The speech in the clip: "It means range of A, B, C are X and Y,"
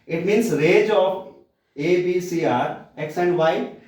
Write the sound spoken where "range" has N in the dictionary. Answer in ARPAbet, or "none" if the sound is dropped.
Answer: none